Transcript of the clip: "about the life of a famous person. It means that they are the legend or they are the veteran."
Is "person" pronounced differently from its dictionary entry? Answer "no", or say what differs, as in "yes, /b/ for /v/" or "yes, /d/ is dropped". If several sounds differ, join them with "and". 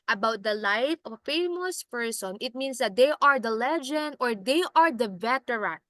no